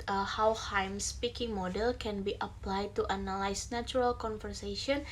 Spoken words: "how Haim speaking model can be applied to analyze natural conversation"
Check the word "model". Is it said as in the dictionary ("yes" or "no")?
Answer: yes